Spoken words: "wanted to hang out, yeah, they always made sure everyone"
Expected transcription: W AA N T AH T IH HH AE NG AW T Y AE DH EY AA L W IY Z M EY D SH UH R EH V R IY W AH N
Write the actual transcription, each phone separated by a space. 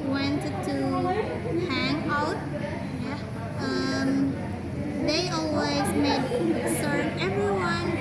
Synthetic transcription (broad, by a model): W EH N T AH T IH HH AE NG AW T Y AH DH EY AA L W IY Z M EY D S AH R EH V R IY W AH N